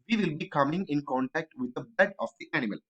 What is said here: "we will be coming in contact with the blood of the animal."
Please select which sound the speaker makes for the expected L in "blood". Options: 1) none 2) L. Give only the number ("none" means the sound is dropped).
1